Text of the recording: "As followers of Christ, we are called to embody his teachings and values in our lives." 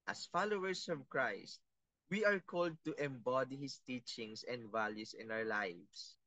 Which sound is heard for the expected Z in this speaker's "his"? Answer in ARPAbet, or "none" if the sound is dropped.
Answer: S